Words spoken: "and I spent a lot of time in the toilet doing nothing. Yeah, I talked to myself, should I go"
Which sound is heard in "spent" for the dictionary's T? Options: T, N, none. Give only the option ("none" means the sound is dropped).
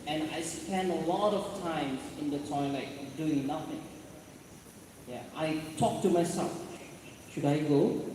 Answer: none